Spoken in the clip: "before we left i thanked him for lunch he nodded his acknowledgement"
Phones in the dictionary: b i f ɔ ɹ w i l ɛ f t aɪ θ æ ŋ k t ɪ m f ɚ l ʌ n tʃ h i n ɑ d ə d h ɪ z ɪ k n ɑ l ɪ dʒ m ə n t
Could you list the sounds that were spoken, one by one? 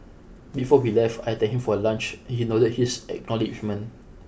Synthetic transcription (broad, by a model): b i f ɔ w i l ɛ f t aɪ t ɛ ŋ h ɪ m f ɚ l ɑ n tʃ h i n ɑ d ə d h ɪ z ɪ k n ɑ l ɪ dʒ m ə n